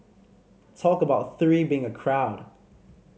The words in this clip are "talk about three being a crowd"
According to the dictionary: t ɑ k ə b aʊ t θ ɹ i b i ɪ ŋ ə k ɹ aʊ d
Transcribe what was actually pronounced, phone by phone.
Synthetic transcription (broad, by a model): t ɑ k ə b aʊ t θ ɹ i b i ɪ ŋ ə k ɹ aʊ d